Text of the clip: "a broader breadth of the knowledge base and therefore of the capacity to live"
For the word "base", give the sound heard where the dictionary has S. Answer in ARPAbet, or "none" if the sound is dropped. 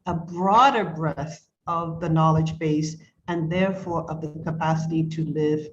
S